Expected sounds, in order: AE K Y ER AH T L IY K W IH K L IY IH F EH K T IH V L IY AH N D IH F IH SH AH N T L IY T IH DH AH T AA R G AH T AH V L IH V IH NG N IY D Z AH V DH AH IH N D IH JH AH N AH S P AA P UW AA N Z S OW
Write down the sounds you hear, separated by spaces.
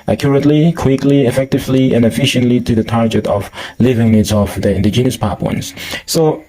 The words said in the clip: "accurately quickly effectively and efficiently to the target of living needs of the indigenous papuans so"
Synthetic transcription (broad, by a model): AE K Y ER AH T L IY K W IH K L IY IH F EH K T IH V L IY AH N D IH F IH SH AH N T L IY T IH DH AH T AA R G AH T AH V L IH V IH NG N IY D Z AH V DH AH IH N D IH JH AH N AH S P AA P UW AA N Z S OW